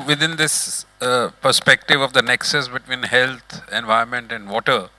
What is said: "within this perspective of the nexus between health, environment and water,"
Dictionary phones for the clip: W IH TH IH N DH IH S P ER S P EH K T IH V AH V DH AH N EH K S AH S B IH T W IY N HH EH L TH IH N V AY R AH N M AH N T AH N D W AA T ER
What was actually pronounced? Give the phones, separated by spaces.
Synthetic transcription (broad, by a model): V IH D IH N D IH S P ER S P EH K T IH V AH V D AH N EH K S AH S B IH T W IY N HH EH L T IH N V AY AH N M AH N T AH N D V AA T ER